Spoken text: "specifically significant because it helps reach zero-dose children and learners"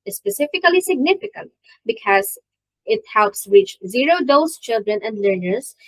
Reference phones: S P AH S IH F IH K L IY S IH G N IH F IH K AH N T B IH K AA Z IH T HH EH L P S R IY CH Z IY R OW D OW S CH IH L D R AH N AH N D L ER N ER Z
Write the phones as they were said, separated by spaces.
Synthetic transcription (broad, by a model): S P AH S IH F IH K L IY S IH G N IH F IH K AH N T B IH K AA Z IH T HH EH L P S R IY CH Z IY R OW D OW S CH IH L D R AH N AH N D L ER N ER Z